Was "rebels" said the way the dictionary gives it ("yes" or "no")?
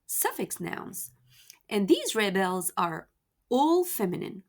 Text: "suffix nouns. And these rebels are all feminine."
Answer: yes